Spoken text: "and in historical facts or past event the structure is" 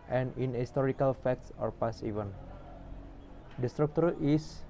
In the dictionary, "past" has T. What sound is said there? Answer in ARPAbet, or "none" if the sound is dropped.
none